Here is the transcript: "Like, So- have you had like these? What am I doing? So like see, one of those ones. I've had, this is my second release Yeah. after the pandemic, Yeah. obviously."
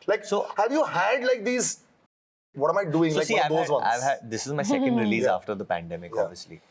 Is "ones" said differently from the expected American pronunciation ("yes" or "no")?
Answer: yes